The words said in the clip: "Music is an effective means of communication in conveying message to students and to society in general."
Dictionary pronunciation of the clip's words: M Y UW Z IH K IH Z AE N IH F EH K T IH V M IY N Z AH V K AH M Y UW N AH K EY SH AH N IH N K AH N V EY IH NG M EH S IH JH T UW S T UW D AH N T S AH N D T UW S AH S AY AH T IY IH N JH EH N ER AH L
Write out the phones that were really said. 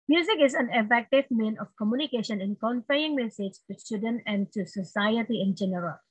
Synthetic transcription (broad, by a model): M Y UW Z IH K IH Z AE N IH F EH K T IH V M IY N AH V K AH M Y UW N AH K EY SH AH N IH N K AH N F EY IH NG M EH S IH JH T UW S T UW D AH N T AH N D T UW S AH S AY AH T IY IH N JH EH N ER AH L